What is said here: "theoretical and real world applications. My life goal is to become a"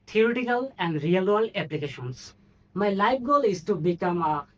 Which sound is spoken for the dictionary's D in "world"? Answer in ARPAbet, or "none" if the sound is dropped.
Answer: none